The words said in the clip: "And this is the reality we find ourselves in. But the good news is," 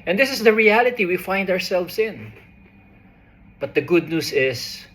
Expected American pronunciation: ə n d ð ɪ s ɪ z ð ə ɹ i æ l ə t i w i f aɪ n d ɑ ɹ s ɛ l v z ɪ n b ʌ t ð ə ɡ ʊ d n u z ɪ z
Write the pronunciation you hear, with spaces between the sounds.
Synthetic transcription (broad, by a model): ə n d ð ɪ s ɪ s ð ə ɹ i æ l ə t i w i f aɪ n d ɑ ɹ s ɛ l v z ɪ n b ʌ t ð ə ɡ ʊ d n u s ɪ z